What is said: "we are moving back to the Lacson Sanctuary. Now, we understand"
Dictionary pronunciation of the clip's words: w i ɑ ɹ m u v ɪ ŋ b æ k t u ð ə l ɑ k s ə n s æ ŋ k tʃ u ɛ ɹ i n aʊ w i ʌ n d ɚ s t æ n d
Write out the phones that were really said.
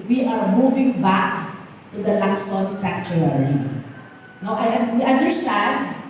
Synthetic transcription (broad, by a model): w i ɑ ɹ m u v ɪ ŋ b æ k t u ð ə l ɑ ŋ s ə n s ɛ k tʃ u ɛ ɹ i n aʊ w i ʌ n d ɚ s t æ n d